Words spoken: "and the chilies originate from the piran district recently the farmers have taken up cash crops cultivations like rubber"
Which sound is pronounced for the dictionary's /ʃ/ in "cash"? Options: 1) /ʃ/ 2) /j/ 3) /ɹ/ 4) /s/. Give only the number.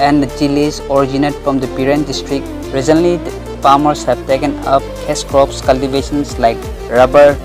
4